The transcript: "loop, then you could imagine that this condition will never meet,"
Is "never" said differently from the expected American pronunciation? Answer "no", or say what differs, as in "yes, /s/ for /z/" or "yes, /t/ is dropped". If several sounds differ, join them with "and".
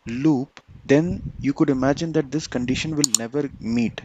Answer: no